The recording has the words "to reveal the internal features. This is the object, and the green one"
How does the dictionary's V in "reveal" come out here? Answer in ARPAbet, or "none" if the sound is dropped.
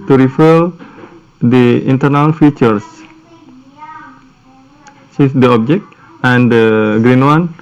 F